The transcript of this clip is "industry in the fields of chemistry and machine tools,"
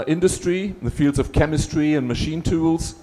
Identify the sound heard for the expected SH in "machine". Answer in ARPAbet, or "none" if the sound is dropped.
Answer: SH